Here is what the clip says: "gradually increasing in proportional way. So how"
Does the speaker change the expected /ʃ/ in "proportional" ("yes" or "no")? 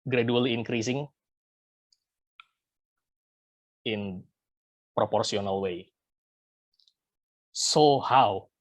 yes